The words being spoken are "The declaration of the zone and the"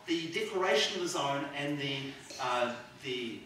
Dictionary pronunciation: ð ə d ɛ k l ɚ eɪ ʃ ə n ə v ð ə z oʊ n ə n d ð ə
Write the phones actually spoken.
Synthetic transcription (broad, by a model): ð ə d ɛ k ɚ eɪ ʃ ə n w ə z n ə n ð ð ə